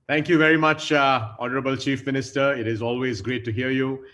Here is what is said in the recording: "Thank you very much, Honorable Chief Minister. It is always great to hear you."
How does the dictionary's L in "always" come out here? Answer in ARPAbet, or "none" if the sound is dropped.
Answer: L